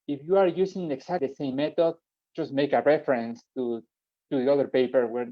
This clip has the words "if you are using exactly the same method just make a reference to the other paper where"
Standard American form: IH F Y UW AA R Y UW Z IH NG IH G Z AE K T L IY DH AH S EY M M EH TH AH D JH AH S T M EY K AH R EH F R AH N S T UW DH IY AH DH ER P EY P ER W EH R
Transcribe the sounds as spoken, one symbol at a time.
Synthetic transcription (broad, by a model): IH F Y UW AA R Y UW S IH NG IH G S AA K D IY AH S EY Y M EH T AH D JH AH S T M EY K AH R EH F R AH N S T UW DH IY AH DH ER P EY P ER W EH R